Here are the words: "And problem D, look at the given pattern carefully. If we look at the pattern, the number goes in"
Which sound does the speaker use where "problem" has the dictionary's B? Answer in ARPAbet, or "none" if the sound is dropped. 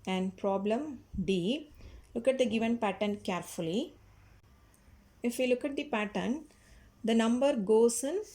B